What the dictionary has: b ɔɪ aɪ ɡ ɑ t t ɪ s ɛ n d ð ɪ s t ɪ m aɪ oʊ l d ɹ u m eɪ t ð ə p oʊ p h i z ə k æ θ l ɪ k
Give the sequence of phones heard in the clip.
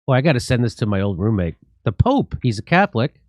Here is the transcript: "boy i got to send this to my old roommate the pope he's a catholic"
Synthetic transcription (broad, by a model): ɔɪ aɪ ɡ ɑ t t ɪ s ɛ n ð ɪ s t ɪ m aɪ oʊ l d ɹ u m eɪ t ð ə p oʊ p h i z ə k æ θ l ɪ k